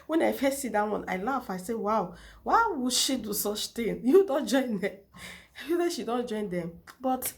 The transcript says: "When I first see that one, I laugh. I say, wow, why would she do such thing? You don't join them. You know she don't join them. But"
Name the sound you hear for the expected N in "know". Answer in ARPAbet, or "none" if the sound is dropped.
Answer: L